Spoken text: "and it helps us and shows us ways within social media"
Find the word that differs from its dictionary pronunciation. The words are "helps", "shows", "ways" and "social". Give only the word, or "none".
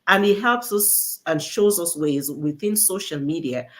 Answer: none